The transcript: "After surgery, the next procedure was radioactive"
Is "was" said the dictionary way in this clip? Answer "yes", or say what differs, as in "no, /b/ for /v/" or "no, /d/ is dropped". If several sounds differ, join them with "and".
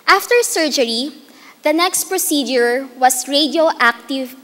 no, /s/ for /z/